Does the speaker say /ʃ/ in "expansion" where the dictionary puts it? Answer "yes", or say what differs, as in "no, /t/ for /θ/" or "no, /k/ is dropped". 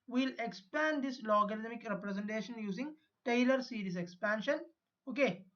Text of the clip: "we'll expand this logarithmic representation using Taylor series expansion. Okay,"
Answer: yes